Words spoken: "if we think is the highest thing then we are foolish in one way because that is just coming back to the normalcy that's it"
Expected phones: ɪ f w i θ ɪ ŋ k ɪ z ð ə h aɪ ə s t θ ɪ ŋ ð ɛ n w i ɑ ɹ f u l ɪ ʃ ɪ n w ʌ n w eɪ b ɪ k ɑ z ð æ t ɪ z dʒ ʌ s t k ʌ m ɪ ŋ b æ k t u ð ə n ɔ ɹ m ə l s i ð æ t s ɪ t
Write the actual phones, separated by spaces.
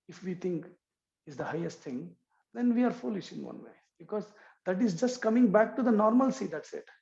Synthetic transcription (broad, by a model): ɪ f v i t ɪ ŋ k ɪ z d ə h aɪ ə s t t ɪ ŋ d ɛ n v i ɑ ɹ f u l ɪ ʃ ɪ n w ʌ n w eɪ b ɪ k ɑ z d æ t ɪ z dʒ ʌ s t k ʌ m ɪ ŋ b æ k t u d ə n ɔ ɹ m ə l s i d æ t s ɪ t